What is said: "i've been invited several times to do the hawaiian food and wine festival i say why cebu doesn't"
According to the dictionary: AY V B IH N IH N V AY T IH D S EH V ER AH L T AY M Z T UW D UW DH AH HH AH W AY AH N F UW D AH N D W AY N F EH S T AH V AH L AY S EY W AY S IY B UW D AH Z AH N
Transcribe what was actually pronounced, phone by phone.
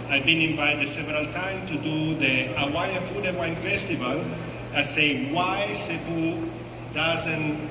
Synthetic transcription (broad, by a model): AY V B IH N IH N V AY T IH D S EH V ER AH L T AY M T UW D UW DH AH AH W AY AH F UW D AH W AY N F EH S T AH V AH L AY S EY W AY S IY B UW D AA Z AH N